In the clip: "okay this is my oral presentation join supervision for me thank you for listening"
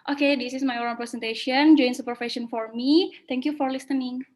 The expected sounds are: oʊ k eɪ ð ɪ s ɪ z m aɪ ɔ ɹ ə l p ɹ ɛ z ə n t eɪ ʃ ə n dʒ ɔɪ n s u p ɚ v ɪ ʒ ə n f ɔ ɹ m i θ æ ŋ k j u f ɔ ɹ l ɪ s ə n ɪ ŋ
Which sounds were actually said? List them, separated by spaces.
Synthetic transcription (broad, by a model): oʊ k eɪ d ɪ s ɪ s m aɪ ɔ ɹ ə n p ɹ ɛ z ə n t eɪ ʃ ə n dʒ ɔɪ n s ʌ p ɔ f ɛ ʃ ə n f ɔ ɹ m i t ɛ ŋ k j u f ɔ ɹ l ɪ s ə n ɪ ŋ